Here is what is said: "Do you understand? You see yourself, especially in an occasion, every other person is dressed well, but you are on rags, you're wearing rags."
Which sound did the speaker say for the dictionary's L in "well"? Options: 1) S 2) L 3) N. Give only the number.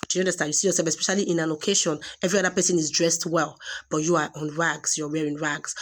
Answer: 2